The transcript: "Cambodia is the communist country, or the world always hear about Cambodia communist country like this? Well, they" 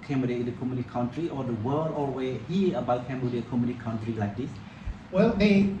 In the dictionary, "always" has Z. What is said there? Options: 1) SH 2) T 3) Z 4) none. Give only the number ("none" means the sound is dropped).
4